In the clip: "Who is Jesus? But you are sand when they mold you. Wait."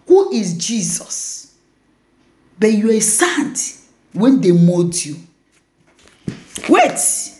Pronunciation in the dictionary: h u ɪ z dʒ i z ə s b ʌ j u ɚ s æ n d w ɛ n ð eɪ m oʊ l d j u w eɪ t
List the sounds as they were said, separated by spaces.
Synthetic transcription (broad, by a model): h u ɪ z dʒ i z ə s b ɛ j u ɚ s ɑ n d w ɛ n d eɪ m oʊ d j u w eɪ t